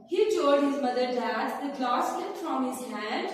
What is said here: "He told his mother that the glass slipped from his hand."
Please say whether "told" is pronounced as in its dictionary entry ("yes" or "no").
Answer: no